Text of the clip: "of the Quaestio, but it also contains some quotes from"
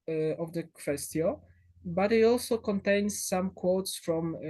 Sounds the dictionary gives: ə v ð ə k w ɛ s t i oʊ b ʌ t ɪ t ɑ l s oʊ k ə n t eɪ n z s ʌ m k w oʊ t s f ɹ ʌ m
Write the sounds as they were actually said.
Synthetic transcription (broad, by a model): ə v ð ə k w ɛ s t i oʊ b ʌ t ɪ t ɑ l s oʊ k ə n t eɪ n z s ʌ m k w oʊ t s f ɹ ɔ m